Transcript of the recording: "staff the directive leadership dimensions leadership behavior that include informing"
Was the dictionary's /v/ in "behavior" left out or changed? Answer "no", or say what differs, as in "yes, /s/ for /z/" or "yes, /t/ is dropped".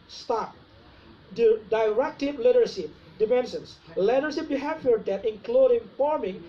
yes, /f/ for /v/